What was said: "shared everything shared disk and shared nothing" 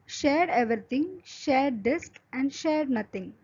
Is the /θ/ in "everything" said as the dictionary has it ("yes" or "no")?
no